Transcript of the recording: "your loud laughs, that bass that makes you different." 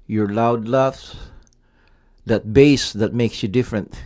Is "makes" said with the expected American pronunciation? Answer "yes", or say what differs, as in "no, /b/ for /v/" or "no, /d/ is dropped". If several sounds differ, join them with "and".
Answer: yes